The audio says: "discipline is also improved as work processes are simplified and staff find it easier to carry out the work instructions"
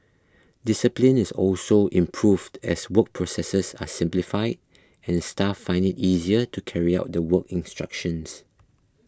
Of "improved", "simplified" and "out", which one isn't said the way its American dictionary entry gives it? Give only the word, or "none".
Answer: none